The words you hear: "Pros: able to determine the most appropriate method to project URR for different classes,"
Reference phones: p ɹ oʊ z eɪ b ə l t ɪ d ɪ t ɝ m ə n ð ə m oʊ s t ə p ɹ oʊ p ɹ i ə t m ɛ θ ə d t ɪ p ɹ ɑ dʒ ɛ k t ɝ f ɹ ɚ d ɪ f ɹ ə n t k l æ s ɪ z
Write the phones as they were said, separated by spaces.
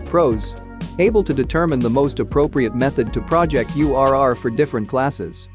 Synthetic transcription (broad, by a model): p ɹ oʊ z eɪ b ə l t ɪ d ɪ t ɝ m ə n ð ə m oʊ s t ə p ɹ oʊ p ɹ i ə t m ɛ θ ə d t ɪ p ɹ ɑ dʒ ɛ k t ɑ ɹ ɹ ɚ d ɪ f ɹ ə n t k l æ s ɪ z